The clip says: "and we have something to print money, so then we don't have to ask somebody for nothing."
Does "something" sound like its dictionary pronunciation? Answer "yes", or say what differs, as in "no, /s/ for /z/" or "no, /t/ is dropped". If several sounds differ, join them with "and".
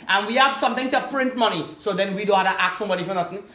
no, /t/ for /θ/